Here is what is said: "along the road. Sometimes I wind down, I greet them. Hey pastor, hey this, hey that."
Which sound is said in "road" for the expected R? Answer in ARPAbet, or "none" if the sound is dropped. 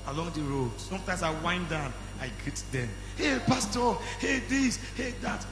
R